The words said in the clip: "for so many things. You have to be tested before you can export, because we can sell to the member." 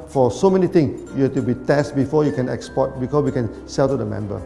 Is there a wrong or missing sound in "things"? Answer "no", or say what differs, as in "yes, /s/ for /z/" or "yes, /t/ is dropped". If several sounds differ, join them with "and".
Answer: yes, /t/ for /θ/ and /s/ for /z/